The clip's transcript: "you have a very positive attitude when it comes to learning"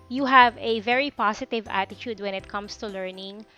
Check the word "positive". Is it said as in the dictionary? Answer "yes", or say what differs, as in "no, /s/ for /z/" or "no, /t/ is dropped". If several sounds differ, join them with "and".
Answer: no, /s/ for /z/